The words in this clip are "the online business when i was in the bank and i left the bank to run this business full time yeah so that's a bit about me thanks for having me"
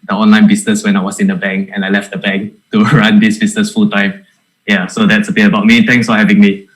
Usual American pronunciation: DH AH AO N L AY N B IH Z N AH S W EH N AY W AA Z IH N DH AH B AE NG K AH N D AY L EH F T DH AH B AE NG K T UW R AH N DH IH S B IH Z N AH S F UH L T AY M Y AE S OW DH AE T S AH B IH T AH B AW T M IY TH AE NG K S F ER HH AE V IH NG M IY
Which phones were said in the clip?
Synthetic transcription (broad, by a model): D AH AO N L AY N B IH S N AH S W EH N AY W AA S IH N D AH B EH NG K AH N AY L EH F T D AH B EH NG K T UW R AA N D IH S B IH S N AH S F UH L T AY M Y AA S OW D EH T S AH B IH AH B AW T M IY T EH NG K S F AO HH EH V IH NG M IY